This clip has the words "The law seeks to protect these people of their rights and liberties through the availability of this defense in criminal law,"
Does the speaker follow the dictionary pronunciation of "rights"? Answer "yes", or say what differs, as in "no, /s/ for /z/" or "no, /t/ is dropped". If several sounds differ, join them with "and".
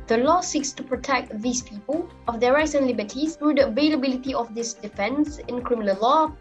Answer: yes